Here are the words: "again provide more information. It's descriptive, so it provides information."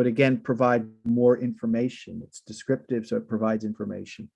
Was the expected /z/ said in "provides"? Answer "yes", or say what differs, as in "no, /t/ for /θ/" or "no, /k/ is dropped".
yes